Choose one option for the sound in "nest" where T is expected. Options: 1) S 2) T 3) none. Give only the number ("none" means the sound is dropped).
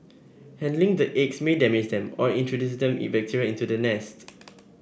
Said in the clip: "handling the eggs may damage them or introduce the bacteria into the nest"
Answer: 2